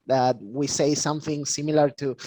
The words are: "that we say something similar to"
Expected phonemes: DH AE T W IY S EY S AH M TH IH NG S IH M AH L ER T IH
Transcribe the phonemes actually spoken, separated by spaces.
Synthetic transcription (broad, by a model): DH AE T W IY S EY S AH M TH IH NG S IH M AH L ER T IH